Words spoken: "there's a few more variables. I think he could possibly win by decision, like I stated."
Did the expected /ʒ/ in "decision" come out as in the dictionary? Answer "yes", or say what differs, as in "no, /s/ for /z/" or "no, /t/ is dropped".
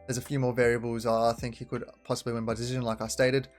yes